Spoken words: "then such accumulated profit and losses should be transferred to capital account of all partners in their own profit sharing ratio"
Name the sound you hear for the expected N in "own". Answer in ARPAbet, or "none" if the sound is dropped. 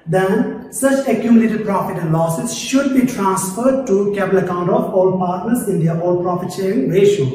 L